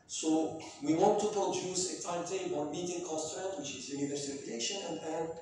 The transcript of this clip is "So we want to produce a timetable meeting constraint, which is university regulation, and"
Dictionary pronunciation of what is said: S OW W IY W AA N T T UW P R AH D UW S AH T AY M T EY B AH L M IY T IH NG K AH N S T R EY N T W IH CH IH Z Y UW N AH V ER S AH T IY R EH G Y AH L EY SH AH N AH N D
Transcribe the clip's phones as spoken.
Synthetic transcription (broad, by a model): S OW W IY W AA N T T UW P R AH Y UW S AH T AY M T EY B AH N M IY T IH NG K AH S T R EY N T W IH CH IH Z Y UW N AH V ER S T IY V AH EY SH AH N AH N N